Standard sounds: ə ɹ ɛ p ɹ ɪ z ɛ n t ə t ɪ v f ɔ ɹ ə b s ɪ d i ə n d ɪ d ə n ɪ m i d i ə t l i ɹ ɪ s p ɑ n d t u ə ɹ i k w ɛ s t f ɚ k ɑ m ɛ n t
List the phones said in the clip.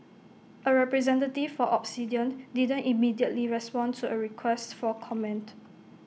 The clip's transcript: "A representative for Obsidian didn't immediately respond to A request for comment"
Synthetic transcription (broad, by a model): ə ɹ ɛ p ɹ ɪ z ɛ n t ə t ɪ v f ɔ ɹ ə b s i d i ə n d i d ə n ɪ m i d i ə t l i ɹ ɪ s p ɑ n t u ə ɹ i k w ɛ s t f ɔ k ɑ m ɛ n t